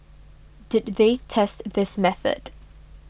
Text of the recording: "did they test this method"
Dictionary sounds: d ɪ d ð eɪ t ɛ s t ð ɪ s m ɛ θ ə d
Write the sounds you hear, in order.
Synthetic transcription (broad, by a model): d ɪ d ð eɪ t ɛ s t ð ɪ s m ɛ θ ə d